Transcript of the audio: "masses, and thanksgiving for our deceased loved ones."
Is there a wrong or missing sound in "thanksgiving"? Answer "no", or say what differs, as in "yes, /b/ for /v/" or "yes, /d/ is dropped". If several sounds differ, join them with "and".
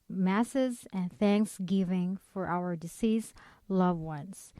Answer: no